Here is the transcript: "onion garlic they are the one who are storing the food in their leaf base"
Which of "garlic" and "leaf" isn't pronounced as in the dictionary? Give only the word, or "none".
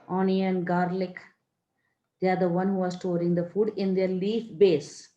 none